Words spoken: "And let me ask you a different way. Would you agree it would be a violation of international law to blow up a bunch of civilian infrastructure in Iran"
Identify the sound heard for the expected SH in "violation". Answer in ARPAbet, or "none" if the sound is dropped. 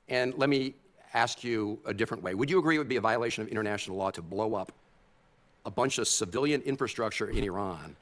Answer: SH